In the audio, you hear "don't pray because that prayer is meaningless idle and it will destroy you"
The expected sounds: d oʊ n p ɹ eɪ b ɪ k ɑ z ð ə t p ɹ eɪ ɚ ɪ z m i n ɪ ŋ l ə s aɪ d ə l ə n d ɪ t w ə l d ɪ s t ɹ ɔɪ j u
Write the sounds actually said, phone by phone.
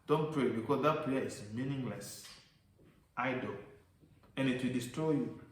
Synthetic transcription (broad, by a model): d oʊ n p ɹ eɪ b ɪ k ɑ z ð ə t p l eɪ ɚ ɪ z m i n ɪ ŋ l ə s aɪ d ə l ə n ɪ t w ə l d ɪ s t ɹ ɔɪ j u